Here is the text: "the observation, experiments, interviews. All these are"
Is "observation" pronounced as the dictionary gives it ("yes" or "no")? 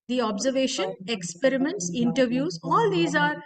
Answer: yes